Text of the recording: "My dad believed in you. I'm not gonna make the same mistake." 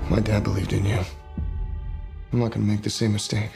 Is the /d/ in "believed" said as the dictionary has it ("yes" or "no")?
yes